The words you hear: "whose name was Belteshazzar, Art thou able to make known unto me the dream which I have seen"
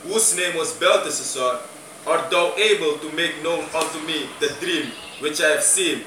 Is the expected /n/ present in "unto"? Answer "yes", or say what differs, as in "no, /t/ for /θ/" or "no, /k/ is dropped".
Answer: no, /l/ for /n/